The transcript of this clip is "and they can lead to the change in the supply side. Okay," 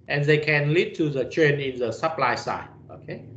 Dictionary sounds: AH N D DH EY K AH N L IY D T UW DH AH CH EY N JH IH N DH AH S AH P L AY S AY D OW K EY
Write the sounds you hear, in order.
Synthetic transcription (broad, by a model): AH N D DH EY K AH N L IY D T UW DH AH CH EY N IH N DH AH S AH P L AY S AY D OW K EY